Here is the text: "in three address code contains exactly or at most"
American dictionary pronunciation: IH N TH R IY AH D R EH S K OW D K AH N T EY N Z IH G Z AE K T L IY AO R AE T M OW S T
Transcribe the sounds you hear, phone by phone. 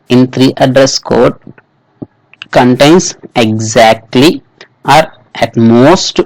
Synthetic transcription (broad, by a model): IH N T R IY AH D R EH S K OW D K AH N T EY N S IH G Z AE K T L IY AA R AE T M OW S T